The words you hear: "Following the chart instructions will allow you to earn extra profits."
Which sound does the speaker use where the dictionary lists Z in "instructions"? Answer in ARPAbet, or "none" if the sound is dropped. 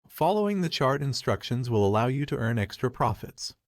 Z